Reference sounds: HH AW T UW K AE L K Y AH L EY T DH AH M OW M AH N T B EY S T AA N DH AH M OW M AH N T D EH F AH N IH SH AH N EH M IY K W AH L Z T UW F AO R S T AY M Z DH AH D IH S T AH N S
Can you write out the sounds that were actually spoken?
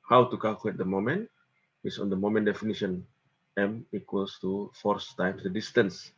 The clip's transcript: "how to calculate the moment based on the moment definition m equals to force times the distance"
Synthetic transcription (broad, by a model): HH AW T UW K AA L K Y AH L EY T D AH M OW M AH N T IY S AA N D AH M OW M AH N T D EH F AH N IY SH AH N EH M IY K W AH L S T UW F AO R S T AY M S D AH D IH S T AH N S